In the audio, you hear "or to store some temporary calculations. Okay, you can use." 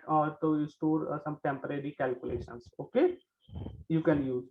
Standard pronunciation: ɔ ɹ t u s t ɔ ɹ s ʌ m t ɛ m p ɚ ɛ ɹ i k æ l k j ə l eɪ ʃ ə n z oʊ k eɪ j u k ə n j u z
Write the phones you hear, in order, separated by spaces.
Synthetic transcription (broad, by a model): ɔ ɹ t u s t ɔ ɹ s ʌ m t ɛ m p ɚ ɛ ɹ i k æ l k j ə l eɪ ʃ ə n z oʊ k eɪ j u k ə n j u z